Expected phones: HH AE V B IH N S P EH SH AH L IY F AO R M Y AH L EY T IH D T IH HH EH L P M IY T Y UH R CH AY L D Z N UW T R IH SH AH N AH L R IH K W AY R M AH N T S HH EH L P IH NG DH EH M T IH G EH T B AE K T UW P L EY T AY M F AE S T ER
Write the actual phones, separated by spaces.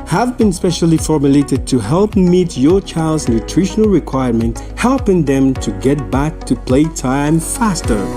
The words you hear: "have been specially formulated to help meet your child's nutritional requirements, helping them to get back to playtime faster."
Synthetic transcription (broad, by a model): HH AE V B IH N S P EH SH AH L IY F AO R M Y AH L EY T IH D T IH HH EH L P M IY T Y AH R CH AY L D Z N UW T R IH SH AH N AH L R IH K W AY R M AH N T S HH EH L P IH NG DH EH M T IH G EH T B AE K T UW P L EY T AY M F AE S T ER